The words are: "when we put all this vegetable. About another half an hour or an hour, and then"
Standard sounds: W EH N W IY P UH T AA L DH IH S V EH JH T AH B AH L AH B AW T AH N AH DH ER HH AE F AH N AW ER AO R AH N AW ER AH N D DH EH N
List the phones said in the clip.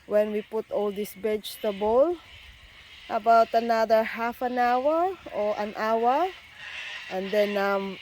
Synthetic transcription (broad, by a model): W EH N W IY P UH T AA L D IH S B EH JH T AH B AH L AH B AW T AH N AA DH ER HH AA F AH N AW ER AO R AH N AW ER AH N D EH N